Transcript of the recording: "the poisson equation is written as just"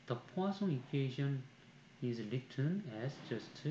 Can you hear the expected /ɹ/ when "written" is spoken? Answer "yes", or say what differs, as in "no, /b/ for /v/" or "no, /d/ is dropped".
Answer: no, /l/ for /ɹ/